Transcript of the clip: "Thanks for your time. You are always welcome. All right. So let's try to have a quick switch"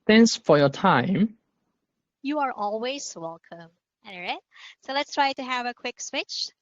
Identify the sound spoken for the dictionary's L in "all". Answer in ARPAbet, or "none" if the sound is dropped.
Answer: N